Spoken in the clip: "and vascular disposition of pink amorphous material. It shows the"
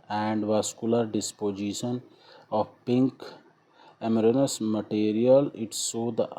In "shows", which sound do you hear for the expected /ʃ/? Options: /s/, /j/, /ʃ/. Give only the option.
/s/